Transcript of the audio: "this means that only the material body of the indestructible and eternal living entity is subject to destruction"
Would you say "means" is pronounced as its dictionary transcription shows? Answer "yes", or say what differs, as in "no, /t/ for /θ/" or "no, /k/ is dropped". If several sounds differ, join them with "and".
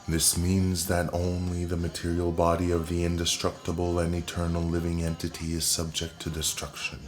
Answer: yes